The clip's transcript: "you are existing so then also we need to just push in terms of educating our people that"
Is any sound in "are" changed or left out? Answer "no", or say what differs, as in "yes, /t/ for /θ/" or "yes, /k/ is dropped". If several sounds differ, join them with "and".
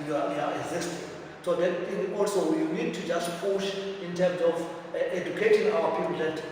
yes, /w/ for /ɹ/